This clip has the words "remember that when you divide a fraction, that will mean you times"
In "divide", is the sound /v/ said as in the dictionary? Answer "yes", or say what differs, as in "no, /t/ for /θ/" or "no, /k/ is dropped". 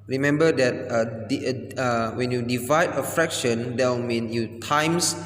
yes